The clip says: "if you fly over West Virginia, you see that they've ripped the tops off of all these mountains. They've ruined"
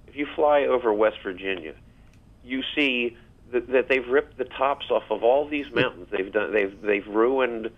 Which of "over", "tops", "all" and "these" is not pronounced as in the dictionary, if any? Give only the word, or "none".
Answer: none